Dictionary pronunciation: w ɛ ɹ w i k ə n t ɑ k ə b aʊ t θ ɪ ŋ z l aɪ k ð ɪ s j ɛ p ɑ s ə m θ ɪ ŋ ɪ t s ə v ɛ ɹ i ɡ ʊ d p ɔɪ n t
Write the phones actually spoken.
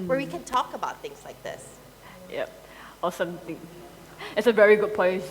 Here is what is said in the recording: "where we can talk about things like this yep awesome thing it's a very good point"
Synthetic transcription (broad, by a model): w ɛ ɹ w i k ə n t ɑ k ə b aʊ t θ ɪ ŋ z l aɪ k ð ɪ s j ɛ p ɑ s ə m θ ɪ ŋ ɪ t s ə v ɛ ɹ i ɡ ʊ d p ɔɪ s